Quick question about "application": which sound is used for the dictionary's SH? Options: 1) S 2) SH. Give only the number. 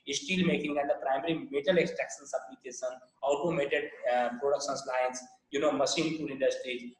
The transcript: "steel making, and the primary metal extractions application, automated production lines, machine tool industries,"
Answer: 1